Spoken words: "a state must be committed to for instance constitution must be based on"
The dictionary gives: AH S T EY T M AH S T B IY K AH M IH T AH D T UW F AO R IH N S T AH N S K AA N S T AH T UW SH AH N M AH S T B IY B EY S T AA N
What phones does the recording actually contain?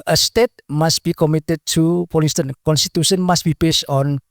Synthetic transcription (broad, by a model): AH S T EY T M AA S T B IY K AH M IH T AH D T UW P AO L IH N S T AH N K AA N S T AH T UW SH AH N M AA S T B IY B EY S T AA N